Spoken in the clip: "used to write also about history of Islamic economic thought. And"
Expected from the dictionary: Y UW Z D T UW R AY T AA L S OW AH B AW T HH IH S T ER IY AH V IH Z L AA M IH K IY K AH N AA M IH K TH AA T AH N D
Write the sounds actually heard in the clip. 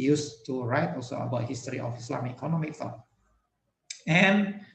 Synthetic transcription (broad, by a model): Y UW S T UW R AY T AA L S OW AH B AW T HH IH S T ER IY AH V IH S L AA M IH IY K AH N AA M IH K F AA AH N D